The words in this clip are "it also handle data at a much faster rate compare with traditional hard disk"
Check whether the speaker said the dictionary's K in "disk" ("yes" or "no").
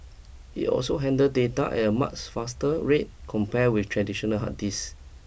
no